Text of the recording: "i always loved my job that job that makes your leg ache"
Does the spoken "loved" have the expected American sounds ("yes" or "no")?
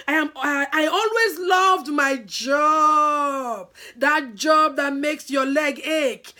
yes